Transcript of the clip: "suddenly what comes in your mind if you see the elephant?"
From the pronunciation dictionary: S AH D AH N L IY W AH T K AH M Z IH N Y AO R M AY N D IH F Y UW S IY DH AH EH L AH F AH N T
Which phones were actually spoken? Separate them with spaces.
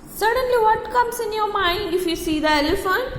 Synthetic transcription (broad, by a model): S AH D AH N L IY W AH T K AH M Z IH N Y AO M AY D IH F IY S IY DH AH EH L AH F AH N